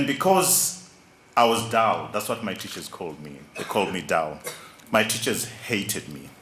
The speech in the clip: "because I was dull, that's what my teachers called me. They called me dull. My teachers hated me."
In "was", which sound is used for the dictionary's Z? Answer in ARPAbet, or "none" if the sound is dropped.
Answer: Z